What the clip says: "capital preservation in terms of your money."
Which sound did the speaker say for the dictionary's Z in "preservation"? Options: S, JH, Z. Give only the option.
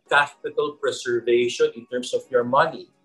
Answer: S